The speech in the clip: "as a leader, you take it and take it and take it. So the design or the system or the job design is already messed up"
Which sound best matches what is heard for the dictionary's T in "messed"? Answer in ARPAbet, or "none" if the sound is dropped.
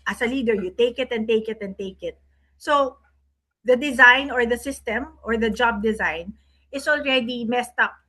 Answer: T